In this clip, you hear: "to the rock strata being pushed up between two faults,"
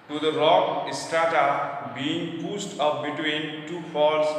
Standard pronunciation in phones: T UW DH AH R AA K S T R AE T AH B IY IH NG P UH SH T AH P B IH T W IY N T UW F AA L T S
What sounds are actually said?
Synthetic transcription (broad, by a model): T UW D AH R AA K S T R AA T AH B IY IH NG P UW S T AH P B IH T W IY N T UW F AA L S